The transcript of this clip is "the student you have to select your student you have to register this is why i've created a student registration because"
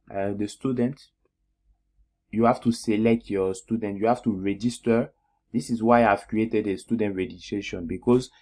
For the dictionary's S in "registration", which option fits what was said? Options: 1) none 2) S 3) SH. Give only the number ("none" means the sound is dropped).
1